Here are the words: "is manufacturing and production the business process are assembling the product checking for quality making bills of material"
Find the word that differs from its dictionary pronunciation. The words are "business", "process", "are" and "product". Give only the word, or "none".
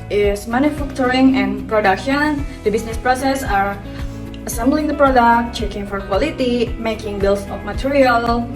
business